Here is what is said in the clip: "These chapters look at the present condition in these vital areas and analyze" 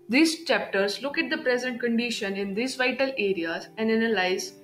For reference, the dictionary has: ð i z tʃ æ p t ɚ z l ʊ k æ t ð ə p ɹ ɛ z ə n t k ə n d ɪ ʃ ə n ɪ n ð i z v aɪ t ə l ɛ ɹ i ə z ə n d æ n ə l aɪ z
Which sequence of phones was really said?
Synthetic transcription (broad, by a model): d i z tʃ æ p t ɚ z l ʊ k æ t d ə p ɹ ɛ z ə n t k ə n d ɪ ʃ ə n ɪ n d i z v aɪ t ə l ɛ ɹ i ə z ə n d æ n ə l aɪ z